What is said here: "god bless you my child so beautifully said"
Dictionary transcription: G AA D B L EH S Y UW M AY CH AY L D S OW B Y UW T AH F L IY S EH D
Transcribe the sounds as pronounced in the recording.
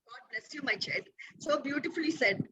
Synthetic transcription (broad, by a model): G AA D B L EH S Y UW M AY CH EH D S OW B Y UW T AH F L IY S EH D